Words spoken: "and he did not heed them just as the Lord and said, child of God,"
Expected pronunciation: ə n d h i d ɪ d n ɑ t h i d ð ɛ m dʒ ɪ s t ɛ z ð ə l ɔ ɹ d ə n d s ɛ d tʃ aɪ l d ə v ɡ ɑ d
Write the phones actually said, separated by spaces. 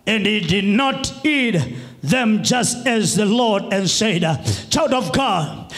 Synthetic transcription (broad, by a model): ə n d h i d ɪ d n ɑ t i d ð ɛ m dʒ ɪ s t ɛ z ð ə l ɔ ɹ d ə n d s ɛ d tʃ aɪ w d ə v ɡ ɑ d